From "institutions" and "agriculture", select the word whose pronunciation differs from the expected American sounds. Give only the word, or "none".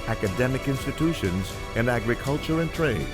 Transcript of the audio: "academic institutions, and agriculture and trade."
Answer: none